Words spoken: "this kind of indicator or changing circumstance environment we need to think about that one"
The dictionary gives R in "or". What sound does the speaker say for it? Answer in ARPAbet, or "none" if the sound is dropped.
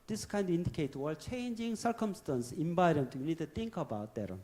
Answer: L